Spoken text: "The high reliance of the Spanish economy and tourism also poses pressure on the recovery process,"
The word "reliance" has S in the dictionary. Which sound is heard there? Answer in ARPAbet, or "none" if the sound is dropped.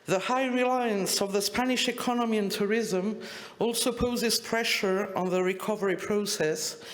S